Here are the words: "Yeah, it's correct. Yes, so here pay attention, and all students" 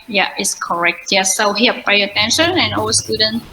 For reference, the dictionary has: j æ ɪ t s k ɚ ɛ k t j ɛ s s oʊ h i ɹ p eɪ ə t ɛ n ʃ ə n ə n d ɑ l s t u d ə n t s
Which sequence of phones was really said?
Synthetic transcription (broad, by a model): j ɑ ɪ t s k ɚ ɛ k t j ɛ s s oʊ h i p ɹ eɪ ə t ɛ n ʃ ə n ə n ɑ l s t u d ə n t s